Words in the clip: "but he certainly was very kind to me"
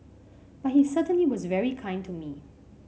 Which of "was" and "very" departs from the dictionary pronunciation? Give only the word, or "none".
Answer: none